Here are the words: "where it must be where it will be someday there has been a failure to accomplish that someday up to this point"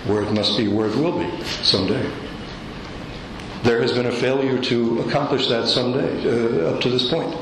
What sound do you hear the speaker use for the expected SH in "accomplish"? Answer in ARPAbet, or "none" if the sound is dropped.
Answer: SH